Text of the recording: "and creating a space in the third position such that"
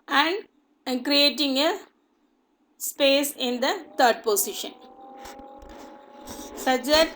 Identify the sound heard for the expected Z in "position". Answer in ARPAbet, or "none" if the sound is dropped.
S